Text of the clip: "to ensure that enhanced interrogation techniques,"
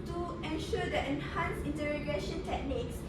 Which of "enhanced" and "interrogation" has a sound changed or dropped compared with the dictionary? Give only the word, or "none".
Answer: enhanced